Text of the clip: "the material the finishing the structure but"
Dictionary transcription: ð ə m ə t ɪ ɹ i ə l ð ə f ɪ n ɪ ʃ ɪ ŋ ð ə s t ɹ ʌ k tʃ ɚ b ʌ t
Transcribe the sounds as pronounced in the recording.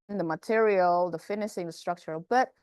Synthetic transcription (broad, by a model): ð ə m ə t ɪ ɹ i ə l ð ə f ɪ n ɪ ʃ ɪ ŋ ð ə s t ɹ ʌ k tʃ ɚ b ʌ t